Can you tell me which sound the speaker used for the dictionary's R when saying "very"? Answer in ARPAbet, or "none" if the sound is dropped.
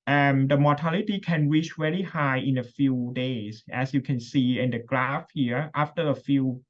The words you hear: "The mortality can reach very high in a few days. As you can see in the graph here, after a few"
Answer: L